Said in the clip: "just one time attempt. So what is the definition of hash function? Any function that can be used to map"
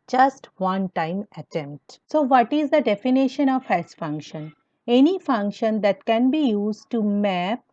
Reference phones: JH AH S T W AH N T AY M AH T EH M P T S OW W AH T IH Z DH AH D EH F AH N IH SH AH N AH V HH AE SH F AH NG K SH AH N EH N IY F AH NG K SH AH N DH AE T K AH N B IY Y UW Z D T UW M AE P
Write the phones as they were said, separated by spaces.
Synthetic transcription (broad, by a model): JH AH S T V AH N T AY M AH T EH M P T S OW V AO T IH Z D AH D EH F AH N IH SH AH N AH V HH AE S F AH NG K SH AH N EH N IY F AH NG K SH AH N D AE T K AH N B IY Y UW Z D T UW M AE P